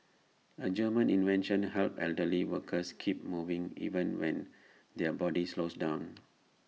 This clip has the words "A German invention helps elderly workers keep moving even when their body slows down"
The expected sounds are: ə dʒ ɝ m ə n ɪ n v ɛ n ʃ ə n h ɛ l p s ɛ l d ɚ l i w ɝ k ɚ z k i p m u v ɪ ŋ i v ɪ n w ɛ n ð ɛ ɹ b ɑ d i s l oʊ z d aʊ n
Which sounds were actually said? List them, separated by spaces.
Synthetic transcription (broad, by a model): ə dʒ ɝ m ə n ɪ n v ɛ n ʃ ə n h ɛ l p ɛ l d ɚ l i w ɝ k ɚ s k i p m u v ɪ ŋ i v ɪ n w ɛ n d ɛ b ɑ d i s l oʊ s d aʊ n